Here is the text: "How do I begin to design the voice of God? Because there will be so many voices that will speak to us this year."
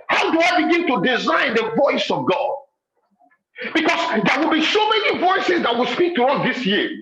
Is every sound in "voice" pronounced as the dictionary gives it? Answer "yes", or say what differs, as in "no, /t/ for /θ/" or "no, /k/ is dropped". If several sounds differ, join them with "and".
yes